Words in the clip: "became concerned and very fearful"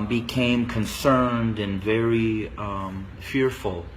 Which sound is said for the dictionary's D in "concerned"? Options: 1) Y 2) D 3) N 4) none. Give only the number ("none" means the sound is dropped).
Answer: 2